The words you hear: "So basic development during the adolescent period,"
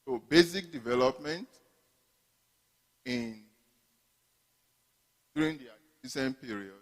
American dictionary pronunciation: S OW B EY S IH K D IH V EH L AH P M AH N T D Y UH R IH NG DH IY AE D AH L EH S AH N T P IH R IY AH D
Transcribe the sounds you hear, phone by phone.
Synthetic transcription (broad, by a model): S OW B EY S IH K D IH V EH L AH P M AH N T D Y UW R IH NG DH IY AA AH IY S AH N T P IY R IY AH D